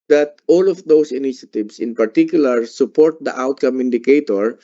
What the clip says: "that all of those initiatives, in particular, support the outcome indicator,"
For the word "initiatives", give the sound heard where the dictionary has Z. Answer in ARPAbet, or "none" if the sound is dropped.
S